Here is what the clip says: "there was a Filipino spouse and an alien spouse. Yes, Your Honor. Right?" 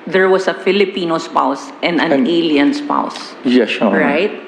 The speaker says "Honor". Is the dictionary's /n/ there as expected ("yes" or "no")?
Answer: no